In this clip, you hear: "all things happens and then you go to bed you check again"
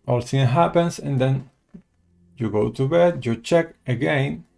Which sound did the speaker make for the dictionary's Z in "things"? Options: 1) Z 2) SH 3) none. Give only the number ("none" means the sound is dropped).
3